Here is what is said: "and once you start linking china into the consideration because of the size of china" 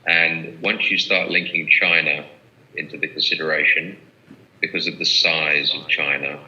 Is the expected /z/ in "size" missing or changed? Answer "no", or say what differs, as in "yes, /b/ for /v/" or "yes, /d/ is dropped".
no